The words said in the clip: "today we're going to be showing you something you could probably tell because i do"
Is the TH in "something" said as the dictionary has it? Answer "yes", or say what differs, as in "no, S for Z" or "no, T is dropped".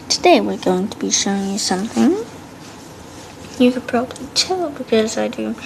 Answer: yes